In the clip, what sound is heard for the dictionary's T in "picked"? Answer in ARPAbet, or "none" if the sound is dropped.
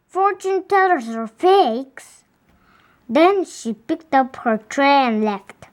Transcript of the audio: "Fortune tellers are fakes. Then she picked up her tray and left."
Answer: T